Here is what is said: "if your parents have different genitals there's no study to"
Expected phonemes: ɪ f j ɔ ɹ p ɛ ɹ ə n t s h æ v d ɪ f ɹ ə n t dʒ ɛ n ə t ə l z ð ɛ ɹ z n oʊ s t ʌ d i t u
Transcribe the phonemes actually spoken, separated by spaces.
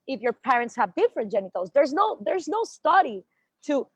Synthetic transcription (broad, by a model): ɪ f j ɔ ɹ p ɛ ɹ ə n t s h æ v d ɪ f ɹ ə n t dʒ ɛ n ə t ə l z ð ɛ ɹ z n oʊ s t ʌ d i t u